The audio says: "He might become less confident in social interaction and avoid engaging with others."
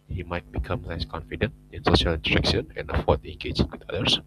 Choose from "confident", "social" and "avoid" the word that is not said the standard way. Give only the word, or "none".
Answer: avoid